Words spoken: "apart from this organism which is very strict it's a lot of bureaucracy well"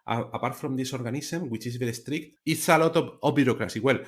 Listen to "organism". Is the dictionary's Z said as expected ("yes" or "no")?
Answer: no